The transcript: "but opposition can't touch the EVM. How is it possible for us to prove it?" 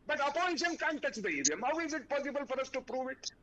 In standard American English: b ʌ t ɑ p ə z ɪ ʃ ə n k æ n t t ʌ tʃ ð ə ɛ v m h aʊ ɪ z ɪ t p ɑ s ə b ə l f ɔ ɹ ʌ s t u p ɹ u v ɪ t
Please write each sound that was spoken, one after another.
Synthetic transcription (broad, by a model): b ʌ t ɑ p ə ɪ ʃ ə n k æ n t t ʌ tʃ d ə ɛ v m h aʊ ɪ z ɪ t p ɑ s ə b ə l f ɔ ɹ ʌ s t u p ɹ u v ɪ t